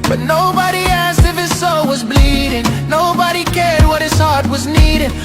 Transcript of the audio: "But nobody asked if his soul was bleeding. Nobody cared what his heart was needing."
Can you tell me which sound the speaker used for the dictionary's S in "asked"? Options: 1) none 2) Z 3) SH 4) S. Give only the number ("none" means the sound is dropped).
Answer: 4